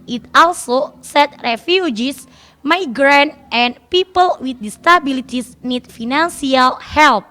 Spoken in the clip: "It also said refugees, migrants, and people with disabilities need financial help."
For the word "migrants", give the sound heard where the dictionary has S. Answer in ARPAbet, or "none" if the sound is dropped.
none